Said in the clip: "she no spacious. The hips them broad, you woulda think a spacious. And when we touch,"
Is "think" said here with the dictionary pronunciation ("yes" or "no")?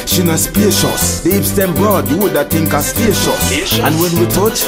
no